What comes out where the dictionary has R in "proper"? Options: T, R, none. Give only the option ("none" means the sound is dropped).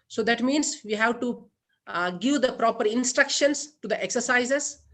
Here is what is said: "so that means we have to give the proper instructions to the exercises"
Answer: R